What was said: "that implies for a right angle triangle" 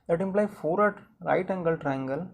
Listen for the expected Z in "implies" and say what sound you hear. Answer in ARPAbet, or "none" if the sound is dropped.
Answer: none